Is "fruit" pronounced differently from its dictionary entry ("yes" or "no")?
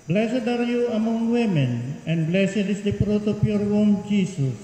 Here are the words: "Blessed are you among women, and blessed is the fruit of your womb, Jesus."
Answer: yes